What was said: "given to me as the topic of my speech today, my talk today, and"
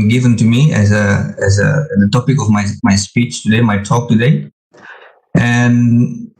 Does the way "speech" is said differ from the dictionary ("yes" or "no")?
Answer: no